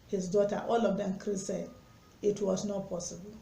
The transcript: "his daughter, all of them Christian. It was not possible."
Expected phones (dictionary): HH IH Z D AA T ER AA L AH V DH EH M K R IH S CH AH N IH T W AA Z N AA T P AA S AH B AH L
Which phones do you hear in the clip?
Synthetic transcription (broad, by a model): HH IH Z D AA T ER AA L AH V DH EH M K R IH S AH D IH T W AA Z N AA T P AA S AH B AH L